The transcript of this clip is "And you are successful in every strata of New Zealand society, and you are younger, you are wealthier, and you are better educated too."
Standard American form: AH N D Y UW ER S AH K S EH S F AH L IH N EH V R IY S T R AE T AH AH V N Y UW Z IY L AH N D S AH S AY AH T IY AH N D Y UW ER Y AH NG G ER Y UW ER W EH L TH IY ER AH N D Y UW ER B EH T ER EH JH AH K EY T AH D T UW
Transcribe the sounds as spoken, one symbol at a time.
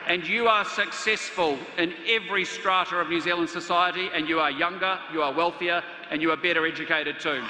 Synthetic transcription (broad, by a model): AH N Y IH ER S AH K S EH S F AH L IH N EH V R IY S T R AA T AH AH V N Y UW Z IY L AH N D S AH S AY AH T IY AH N Y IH ER Y AH NG G ER Y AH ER W EH L TH IY ER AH N Y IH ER B EH T ER EH JH AH K EY T AH D T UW